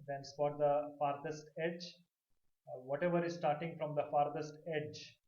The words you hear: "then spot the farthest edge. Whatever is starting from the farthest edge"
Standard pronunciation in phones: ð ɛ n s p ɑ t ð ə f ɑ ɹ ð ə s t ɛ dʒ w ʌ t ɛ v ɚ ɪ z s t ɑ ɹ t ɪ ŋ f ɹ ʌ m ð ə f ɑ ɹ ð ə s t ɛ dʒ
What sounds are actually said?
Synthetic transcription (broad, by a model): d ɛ n s f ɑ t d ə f ɑ ɹ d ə s t ɛ dʒ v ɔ t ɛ v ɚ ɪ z s t ɑ ɹ t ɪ ŋ f ɹ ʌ m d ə f ɑ ɹ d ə s t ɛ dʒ